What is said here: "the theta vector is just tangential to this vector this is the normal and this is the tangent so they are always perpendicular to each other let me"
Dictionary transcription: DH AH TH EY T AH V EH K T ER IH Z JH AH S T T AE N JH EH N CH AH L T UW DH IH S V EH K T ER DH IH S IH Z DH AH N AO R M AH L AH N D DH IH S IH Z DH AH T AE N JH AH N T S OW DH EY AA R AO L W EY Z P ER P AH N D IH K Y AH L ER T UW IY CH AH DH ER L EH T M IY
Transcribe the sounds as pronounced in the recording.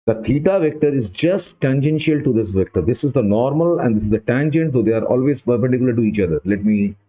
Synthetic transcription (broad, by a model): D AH T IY T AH V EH K T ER IH Z JH AH S T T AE N JH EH N SH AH L T UW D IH S V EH K T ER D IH S IH Z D AH N AO R M AH L AH N D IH S IH Z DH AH T AE N JH AH N T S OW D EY AA R AO L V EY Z P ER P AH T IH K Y L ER T UW IY CH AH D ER L EH T M IY